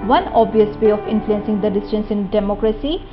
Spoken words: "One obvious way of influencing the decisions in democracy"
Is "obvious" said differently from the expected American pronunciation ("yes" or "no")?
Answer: yes